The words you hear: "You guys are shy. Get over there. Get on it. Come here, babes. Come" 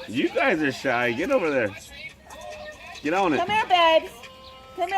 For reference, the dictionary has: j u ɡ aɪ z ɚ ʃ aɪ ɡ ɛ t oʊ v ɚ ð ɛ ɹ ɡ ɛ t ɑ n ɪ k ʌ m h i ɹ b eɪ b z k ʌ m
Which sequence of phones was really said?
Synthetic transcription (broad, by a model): j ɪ ɡ aɪ z ɚ ʃ aɪ ɡ ɛ t oʊ v ɚ ð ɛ ɹ ɡ ɛ t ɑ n ɪ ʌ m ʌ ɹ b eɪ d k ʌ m